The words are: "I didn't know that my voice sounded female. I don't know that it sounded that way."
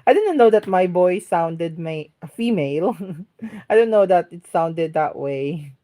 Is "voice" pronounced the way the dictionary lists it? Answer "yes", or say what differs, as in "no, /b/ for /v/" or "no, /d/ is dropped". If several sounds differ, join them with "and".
no, /b/ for /v/